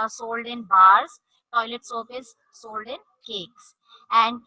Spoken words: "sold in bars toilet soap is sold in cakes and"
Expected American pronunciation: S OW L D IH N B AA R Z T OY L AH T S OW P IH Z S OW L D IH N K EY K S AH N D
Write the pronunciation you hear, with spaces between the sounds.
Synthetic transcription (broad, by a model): S OW L D IH N B AA R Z T OY L AH T S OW F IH S OW L D IH N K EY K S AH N D